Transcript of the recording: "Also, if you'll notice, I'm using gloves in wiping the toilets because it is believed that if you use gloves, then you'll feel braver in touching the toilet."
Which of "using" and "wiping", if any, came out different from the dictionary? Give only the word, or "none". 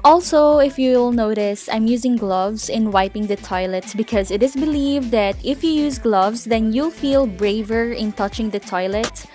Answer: none